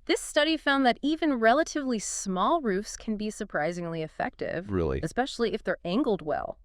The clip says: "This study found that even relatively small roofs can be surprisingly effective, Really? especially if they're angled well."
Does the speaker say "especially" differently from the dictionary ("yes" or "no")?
no